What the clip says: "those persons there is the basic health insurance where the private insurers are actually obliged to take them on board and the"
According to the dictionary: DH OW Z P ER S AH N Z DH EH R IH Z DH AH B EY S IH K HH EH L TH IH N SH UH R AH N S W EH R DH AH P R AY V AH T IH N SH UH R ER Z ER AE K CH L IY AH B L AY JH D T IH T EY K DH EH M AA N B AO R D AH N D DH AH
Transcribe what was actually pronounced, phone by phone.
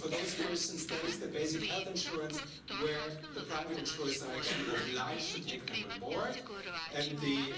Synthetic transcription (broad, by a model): DH OW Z P ER S AH N Z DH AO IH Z DH AH B EY S IH K HH EH L TH IH N SH UH R AH N S W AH R DH AH P R AY V AH T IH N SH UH R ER S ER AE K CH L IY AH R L AY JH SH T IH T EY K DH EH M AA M AO R AH N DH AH